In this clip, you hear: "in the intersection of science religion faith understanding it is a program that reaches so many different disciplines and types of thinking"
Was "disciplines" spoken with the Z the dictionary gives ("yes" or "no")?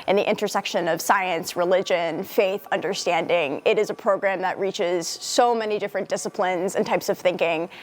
yes